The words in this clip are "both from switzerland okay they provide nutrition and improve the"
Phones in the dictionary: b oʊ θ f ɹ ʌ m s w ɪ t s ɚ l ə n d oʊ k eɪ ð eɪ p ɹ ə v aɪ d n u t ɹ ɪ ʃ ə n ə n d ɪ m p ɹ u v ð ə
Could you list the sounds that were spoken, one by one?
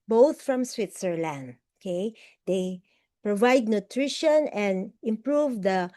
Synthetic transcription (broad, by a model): b oʊ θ f ɹ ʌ m s w ɪ t s ɚ l ə n d oʊ k eɪ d eɪ p ɹ ə v aɪ d n u t ɹ ɪ ʃ ə n ə n d ɪ m p ɹ u v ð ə